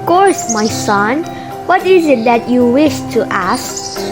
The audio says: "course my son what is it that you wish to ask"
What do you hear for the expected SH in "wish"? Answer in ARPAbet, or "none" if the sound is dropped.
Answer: SH